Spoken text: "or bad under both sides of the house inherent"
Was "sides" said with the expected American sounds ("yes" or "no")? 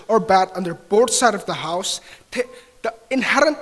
no